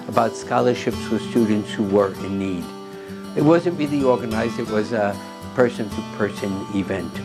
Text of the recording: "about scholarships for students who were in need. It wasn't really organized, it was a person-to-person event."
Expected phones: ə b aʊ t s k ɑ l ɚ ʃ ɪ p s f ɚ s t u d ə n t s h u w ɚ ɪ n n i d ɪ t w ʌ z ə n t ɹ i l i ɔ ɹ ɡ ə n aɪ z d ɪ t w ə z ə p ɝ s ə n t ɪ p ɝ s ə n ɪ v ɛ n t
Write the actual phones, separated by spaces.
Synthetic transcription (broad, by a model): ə b aʊ t s k ɑ l ɚ ʃ ɪ p s f ɚ s t u d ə n t s h u w ɚ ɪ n n i d ɪ t w ʌ z ə n t ɹ i l i ɔ ɹ ɡ ə n aɪ z d ɪ t w ə z ə p ɝ s ə n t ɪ p ɝ s ə n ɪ v ɛ n t